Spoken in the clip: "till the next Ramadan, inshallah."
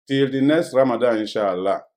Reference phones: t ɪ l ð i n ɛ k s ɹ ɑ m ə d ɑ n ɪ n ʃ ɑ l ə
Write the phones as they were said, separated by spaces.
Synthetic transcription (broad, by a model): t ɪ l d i n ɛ s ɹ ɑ m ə d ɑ ɪ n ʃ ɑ l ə